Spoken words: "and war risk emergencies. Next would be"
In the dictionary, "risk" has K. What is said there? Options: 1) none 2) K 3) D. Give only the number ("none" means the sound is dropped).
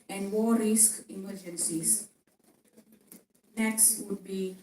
2